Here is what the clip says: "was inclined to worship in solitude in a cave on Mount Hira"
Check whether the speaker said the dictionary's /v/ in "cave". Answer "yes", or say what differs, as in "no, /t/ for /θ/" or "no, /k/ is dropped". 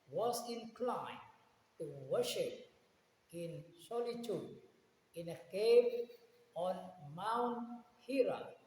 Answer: no, /p/ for /v/